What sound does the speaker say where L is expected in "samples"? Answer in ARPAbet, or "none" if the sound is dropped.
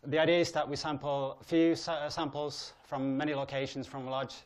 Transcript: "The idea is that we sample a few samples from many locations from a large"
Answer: L